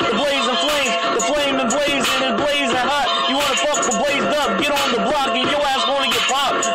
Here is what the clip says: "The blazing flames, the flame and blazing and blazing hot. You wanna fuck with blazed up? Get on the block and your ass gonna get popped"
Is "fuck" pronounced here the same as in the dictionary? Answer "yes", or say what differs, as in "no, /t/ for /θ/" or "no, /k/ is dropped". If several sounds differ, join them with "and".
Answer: no, /p/ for /f/